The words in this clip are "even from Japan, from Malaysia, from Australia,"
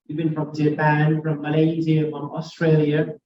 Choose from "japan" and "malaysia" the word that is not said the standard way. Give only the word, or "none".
malaysia